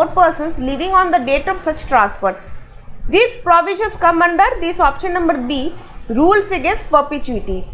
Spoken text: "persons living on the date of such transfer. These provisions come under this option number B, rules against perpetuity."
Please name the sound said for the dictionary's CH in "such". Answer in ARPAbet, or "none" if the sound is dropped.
CH